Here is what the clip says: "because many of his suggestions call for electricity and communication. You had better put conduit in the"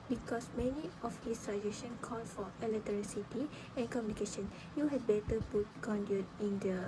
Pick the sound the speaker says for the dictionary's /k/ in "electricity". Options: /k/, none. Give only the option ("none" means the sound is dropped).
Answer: none